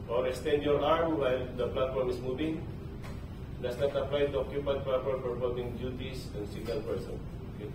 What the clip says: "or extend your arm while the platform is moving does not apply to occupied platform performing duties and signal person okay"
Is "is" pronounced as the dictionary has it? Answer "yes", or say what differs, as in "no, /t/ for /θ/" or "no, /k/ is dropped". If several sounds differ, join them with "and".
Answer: no, /s/ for /z/